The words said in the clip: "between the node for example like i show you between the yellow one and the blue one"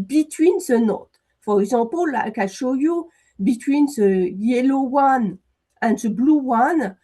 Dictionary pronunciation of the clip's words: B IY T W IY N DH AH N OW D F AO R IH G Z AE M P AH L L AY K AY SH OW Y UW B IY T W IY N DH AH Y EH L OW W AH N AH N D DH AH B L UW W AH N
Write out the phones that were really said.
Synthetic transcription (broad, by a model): B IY T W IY N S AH N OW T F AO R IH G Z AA P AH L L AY K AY SH OW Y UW B IY T W IY N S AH Y EH L OW W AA N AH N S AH B L UW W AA N